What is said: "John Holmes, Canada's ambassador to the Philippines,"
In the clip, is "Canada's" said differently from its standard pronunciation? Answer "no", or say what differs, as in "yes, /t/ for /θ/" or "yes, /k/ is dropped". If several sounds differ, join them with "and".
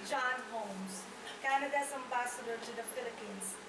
yes, /s/ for /z/